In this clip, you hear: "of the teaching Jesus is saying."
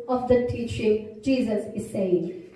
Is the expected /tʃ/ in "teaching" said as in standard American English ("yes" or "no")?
yes